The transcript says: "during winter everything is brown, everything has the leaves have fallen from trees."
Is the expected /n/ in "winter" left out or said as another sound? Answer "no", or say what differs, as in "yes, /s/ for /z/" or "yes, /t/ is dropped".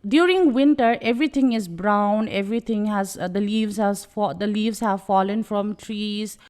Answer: no